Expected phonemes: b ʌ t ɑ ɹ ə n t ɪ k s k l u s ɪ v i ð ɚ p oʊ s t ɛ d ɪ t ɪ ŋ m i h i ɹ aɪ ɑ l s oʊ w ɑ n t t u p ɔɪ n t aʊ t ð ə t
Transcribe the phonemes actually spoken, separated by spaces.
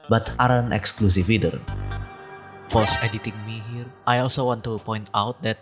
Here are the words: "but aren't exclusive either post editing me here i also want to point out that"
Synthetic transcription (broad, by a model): b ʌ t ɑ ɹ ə n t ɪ k s k l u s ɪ f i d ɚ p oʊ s ɛ d ɪ t ɪ ŋ m i h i ɹ aɪ ɑ l s oʊ w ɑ n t t u p ɔɪ n t aʊ t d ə t